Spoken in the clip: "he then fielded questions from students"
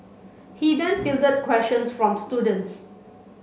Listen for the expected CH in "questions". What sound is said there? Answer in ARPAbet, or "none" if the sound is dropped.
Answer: SH